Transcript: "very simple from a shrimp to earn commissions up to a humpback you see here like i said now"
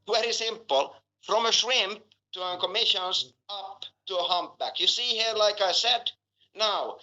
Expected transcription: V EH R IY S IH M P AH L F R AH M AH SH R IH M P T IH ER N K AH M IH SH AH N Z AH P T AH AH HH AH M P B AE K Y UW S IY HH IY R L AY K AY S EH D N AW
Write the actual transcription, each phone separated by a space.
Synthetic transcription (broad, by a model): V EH R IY S IH M P AH L F R AH M AH SH R IH M P T IH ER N K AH M IH SH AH N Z AH P T AH AH HH AH M P B AE K Y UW S IY HH IY R L AY K AY S EH D N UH